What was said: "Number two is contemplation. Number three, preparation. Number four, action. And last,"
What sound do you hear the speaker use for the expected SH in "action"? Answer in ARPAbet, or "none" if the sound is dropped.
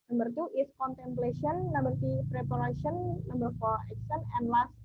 S